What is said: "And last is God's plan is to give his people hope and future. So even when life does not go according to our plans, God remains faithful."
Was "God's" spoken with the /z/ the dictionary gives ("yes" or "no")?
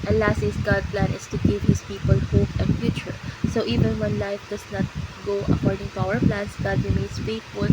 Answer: no